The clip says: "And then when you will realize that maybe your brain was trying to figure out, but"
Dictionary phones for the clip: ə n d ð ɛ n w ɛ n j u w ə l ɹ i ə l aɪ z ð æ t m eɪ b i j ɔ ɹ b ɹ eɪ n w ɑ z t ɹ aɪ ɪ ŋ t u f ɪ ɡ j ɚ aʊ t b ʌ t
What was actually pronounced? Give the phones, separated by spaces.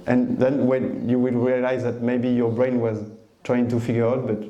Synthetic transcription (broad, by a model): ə n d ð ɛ n w ɛ n j u w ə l ɹ i ə l aɪ z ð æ t m eɪ b i j ɔ ɹ b ɹ eɪ n w ɑ z t ɹ aɪ ɪ ŋ t u f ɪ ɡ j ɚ aʊ t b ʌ t